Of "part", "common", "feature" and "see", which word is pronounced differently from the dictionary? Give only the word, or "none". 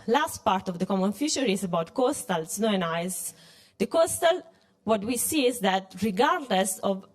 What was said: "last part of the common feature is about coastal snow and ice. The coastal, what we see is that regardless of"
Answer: feature